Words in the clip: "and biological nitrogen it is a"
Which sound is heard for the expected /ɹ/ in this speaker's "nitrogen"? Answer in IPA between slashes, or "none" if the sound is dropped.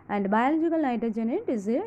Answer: none